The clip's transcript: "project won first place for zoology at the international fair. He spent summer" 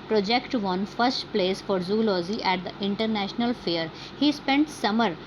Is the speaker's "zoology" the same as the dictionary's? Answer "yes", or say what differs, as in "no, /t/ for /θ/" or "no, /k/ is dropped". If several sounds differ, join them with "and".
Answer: no, /z/ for /dʒ/